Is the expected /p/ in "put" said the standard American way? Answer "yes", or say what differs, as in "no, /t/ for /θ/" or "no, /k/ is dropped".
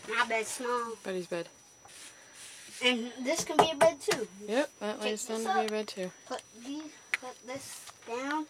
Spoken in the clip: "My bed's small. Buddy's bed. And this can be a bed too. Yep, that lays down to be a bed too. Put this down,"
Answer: no, /b/ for /p/